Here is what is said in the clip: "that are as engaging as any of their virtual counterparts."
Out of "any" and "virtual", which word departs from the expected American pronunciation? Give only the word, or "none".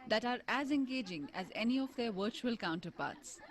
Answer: none